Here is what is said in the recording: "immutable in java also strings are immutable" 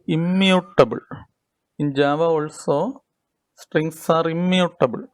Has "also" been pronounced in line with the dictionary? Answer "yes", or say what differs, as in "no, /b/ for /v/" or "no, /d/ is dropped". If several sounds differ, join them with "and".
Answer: yes